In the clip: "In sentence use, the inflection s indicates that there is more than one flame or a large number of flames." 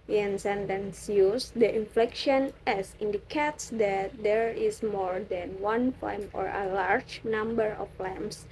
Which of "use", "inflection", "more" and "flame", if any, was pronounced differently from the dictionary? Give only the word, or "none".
flame